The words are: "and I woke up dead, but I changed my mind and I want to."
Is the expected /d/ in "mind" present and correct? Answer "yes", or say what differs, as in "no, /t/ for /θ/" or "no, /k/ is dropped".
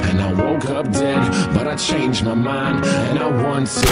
yes